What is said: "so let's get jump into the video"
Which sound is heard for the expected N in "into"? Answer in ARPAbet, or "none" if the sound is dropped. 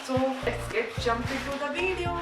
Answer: none